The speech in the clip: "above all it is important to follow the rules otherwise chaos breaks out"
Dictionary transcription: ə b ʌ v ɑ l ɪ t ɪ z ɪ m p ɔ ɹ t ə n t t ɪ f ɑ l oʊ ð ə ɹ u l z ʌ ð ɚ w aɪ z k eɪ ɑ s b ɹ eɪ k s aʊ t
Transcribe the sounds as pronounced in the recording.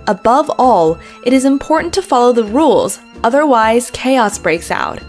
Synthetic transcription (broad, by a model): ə b ʌ v ɑ l ɪ t ɪ z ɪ m p ɔ ɹ t n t t ɪ f ɑ l oʊ ð ə ɹ u l z ʌ ð ɚ w aɪ z k eɪ ɑ s b ɹ eɪ k s aʊ t